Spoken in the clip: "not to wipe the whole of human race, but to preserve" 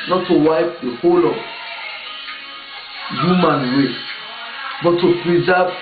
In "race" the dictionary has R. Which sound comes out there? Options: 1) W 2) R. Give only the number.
1